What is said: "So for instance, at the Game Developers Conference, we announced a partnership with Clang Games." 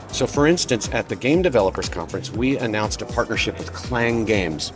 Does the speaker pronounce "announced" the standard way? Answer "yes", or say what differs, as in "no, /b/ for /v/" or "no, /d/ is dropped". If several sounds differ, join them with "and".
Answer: yes